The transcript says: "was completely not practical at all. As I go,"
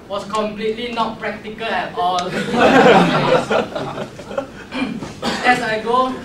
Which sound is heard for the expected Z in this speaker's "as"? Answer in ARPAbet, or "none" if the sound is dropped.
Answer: S